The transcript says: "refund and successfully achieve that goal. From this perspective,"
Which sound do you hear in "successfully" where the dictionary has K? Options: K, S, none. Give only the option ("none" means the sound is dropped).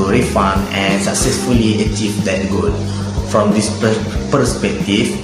K